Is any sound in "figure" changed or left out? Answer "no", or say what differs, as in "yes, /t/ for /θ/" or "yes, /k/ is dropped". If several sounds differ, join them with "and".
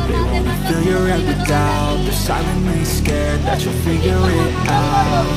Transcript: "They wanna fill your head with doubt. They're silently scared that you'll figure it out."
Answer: no